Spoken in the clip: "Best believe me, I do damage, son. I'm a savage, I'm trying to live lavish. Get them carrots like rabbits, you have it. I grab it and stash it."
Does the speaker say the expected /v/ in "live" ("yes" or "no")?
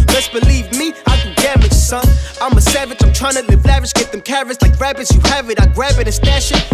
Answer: no